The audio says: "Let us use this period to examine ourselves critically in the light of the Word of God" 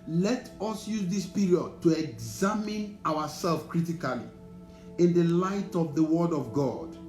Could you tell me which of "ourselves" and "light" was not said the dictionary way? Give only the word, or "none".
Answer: ourselves